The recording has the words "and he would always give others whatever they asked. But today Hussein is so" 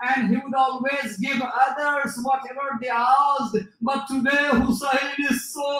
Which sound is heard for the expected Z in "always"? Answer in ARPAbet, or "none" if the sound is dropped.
Z